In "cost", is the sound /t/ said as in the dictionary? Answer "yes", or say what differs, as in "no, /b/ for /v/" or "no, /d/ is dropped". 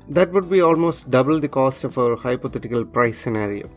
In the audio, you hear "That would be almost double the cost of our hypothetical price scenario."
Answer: yes